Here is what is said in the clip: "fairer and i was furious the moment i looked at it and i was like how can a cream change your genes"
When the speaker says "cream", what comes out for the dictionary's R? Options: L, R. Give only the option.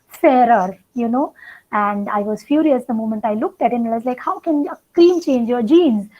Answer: L